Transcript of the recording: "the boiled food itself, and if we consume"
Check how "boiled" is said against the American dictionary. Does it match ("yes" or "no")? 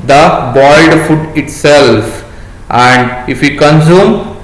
no